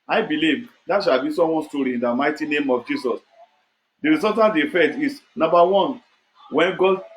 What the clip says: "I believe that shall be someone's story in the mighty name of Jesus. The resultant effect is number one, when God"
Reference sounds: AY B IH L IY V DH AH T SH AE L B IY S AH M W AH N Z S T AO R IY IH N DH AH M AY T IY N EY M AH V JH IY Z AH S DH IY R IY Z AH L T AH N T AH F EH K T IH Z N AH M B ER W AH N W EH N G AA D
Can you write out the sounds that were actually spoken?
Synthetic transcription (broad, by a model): AY B IH L IY V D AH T SH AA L B IY S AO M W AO N S T AO R IY IH N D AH M AY T IY N EY M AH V JH IY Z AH S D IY R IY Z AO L T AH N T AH F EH T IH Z N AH M B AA W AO N W EH N G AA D